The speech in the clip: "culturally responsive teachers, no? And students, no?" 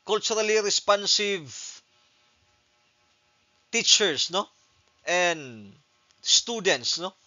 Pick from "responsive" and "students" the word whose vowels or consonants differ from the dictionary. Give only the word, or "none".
none